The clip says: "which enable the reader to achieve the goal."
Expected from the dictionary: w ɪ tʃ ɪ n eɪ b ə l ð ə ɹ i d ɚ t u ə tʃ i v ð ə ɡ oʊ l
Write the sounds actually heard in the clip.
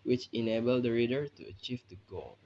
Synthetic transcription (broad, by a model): w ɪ tʃ ɪ n eɪ b ə l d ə ɹ i d ɚ t u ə tʃ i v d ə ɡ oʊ l